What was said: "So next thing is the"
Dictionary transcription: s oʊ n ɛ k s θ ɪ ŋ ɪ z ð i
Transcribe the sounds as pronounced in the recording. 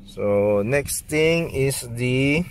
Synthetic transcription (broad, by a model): s oʊ n ɛ k s t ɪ ŋ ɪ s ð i